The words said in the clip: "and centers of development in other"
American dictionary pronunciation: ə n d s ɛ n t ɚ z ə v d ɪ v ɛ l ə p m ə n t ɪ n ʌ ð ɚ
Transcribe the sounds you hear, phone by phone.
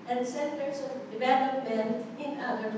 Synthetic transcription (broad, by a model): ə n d s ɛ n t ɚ s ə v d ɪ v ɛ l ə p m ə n ɪ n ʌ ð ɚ